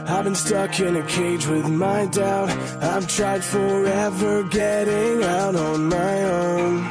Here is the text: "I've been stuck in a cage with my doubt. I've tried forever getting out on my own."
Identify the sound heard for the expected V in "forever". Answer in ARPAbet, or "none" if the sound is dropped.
V